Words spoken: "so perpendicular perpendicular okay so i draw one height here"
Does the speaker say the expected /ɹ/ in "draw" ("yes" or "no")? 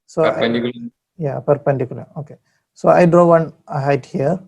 yes